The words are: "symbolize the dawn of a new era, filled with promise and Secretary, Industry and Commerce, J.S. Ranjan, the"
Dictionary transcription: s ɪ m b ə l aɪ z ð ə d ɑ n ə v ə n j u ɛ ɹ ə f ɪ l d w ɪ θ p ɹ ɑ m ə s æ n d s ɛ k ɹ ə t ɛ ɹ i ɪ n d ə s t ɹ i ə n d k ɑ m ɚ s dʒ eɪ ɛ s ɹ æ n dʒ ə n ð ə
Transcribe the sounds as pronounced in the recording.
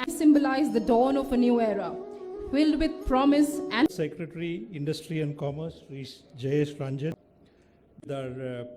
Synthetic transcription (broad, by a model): s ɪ m b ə l aɪ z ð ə d ɑ n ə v ə n j u ɛ ɹ ə f ɪ l d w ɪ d p ɹ ɑ m ə s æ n s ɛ k ɹ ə t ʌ ɹ i ɪ n d ə s t ɹ i ə n d k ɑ m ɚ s dʒ eɪ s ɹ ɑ n dʒ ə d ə